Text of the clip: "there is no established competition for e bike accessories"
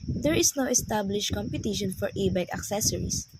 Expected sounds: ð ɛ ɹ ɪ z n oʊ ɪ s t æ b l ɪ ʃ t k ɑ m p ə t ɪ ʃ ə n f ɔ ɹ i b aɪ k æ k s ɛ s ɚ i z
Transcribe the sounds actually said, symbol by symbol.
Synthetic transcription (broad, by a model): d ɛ ɹ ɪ s n oʊ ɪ s t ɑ b l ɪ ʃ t k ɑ m p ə t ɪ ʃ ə n f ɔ ɹ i b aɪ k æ k s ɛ s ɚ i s